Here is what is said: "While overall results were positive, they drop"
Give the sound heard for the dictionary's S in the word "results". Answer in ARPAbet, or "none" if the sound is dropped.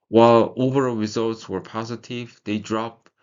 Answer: S